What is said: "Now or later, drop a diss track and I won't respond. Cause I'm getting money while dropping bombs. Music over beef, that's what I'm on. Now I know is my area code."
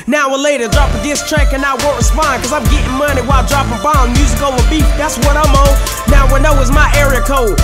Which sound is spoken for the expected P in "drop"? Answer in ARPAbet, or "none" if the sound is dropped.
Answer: P